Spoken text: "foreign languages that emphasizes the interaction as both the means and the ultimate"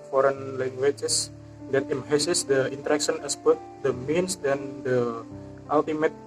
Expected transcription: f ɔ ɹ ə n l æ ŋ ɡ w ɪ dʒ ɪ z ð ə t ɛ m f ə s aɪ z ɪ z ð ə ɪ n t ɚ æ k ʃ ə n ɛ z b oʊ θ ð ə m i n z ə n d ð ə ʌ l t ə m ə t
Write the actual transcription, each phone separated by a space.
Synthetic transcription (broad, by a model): f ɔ ɹ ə n l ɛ ŋ ɡ w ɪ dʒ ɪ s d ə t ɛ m ə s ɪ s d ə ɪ n t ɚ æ k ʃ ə n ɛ s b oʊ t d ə m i n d ə n d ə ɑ l t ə m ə t